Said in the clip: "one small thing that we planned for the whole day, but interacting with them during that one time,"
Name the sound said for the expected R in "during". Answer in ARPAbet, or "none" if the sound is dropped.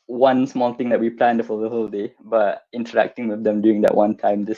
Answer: none